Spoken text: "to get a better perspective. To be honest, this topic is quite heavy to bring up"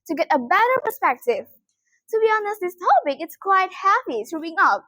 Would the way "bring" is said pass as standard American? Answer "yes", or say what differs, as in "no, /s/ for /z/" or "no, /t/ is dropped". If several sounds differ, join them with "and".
no, /ɹ/ is dropped